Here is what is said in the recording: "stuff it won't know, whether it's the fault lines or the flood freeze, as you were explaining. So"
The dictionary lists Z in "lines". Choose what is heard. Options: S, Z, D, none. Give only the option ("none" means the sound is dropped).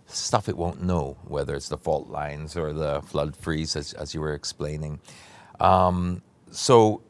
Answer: Z